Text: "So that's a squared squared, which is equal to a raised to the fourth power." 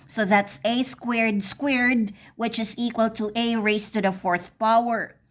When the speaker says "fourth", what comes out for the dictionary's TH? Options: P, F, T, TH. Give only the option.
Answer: TH